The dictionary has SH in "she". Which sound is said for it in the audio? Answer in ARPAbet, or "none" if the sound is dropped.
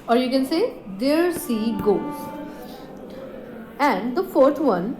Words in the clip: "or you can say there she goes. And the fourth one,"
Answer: S